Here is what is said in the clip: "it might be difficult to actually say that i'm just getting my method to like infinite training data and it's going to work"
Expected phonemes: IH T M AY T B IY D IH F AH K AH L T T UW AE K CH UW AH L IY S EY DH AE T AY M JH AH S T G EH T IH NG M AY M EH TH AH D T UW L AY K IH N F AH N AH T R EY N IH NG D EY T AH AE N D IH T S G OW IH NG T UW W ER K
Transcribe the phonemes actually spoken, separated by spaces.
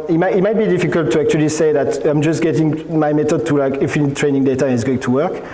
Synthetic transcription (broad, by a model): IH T M AY T B IY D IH F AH K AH L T T UW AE K CH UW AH L IY S EY DH AE T AY M JH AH S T G EH T IH NG M AY M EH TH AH D T UW L AY K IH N F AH N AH T R EY N IH NG D EY T AH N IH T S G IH T UW W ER K